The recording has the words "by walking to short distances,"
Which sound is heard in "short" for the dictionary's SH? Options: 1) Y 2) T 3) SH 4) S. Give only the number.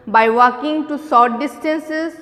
4